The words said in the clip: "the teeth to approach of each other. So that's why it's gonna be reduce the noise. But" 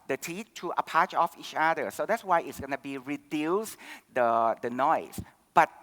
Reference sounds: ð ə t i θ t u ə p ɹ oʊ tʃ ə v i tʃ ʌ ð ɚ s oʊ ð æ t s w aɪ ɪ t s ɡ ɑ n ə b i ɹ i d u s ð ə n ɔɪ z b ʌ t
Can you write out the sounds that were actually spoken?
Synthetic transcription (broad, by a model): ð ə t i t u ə p ɑ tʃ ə f i tʃ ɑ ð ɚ s oʊ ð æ t s w aɪ ɪ t s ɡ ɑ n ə b i ɹ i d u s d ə n ɔɪ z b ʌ t